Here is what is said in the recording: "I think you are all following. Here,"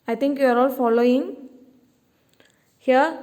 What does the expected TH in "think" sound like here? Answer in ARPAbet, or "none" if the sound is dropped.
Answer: T